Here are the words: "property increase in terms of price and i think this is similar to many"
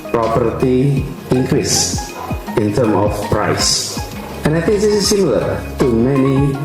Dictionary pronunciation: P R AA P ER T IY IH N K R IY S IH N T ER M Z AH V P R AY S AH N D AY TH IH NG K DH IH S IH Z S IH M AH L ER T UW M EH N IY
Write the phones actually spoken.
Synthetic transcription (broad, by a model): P R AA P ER T IY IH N K R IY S IH N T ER M AH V P R AY S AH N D AY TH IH NG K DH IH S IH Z S IH M AH L ER T UW M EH N IY